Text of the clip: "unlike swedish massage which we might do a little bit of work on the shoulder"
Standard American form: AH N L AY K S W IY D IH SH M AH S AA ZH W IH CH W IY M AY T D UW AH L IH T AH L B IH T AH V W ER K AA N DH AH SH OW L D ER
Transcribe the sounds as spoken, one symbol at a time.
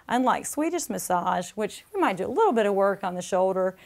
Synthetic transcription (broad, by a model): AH N L AY K S W IY D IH S M AH S AA ZH W IH CH W IY M AY T D UW AH L IH T L B IH T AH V W ER K N DH AH SH OW L D ER